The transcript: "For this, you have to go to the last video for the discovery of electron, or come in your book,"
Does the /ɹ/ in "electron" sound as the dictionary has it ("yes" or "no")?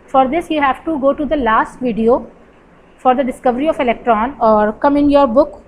yes